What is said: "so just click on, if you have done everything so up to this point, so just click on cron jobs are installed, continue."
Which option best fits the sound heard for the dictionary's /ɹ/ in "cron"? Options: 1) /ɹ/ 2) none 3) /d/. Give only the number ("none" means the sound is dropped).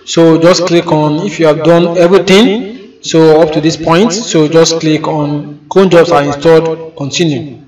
2